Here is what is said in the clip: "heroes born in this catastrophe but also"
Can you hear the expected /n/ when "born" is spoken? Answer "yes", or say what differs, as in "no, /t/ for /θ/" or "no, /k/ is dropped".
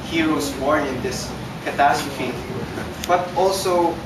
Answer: no, /n/ is dropped